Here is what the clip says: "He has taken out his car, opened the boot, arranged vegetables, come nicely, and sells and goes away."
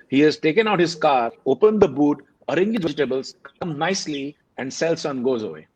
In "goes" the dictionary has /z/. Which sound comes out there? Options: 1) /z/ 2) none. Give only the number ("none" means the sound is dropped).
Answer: 1